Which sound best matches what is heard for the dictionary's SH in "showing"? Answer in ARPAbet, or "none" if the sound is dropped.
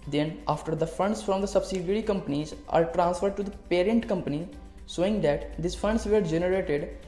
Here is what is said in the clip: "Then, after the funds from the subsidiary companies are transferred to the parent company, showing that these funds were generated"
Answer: S